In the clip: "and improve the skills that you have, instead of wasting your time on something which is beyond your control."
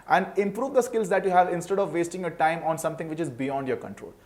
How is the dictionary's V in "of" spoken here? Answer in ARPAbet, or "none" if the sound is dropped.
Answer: V